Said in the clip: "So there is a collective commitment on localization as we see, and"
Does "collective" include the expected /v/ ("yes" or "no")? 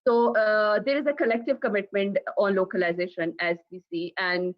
yes